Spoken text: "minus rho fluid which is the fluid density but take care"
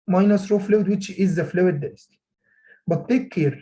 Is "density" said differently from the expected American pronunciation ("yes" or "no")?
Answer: yes